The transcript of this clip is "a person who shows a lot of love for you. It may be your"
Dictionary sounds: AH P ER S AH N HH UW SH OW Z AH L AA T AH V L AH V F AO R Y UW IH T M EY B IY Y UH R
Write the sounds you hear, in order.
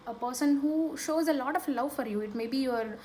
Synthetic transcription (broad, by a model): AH P ER S AH N HH UW SH OW Z AH L AA T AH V L AH V F AO R Y UW IH T M EY B IY Y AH R